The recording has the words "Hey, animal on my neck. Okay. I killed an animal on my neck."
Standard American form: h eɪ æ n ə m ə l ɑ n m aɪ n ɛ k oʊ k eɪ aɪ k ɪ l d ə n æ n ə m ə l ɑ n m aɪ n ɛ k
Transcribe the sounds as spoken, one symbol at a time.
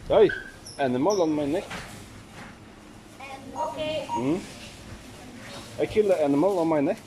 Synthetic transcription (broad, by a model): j æ n ə m ə l ɑ n m aɪ n ɛ k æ ɪ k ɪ l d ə æ n ə m ə l ɑ n m aɪ n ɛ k